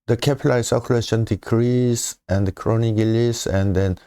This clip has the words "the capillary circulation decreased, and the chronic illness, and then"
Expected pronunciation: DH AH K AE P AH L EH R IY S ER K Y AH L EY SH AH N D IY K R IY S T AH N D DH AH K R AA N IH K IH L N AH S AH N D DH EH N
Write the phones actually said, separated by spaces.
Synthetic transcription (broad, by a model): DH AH K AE P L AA IY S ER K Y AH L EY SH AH N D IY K R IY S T AH N D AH K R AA N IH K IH L AH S AH N D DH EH N